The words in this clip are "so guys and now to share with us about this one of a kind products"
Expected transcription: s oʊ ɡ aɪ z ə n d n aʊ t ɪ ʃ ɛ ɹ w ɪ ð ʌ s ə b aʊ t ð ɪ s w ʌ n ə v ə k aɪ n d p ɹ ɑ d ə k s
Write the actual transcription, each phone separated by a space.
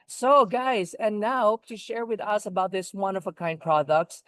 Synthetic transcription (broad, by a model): s oʊ ɡ aɪ z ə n n aʊ t ɪ ʃ ɛ ɹ w ɪ ð ʌ s ə b aʊ t ð ɪ s w ʌ n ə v ə k aɪ n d p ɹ ɑ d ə k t